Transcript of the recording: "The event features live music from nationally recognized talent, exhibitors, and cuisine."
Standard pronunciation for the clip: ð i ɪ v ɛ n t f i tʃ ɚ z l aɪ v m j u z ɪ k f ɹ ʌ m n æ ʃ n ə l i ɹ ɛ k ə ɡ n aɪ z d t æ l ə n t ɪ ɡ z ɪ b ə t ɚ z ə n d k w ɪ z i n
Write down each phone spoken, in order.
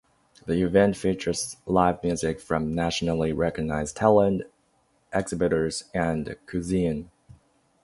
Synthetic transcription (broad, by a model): ð i ɪ v ɛ n t f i tʃ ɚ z l aɪ v m j u z ɪ k f ɹ ʌ m n æ ʃ n l i ɹ ɛ k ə ɡ n aɪ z t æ l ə n t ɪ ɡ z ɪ b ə t ɚ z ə n k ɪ z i n